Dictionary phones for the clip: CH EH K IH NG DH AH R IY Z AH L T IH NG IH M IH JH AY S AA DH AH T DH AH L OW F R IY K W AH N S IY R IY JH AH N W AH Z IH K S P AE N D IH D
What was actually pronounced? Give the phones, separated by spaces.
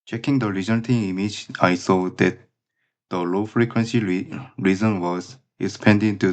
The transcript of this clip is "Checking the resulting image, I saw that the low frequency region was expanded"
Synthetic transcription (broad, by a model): CH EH K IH NG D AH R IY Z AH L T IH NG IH M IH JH AY S AA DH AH T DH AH L OW F R IY K W AH N S IY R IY Z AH N W AH Z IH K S P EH N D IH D